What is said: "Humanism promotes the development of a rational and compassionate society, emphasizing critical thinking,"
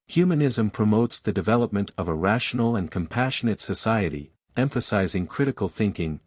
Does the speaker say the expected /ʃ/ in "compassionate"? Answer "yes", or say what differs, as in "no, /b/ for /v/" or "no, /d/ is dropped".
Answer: yes